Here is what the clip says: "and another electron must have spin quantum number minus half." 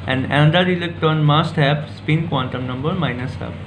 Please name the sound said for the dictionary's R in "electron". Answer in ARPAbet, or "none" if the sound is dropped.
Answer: none